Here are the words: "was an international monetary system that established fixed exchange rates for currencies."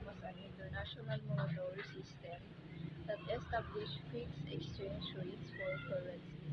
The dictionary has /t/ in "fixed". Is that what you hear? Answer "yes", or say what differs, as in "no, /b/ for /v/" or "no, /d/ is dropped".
no, /t/ is dropped